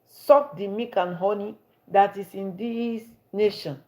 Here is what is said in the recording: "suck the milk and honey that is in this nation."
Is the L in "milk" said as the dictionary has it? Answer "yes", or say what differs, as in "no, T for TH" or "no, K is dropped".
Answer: no, L is dropped